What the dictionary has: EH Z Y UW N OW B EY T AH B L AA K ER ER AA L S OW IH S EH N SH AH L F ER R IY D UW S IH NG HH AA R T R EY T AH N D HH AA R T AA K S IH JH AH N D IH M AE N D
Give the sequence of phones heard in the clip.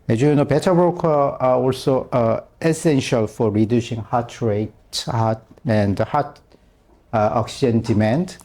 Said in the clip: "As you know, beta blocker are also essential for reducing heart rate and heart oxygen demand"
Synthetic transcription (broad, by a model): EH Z Y UW N OW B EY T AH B AA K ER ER AA L S OW IH S EH N SH AH L F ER R IY D UW S IH NG HH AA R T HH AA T AH N D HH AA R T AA K S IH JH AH N D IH M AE N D